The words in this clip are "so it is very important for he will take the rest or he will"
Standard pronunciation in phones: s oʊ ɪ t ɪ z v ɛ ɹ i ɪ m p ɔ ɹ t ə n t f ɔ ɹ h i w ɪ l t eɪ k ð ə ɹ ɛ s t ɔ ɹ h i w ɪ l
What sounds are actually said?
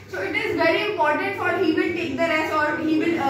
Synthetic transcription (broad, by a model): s oʊ ɪ t ɪ z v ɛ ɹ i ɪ m p ɔ ɹ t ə n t f ɔ ɹ h i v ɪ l t eɪ k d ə ɹ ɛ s ɔ ɹ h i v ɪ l